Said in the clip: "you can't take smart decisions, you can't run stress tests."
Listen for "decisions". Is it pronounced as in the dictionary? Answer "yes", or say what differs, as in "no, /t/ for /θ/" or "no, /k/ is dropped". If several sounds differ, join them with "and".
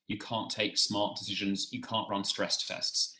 yes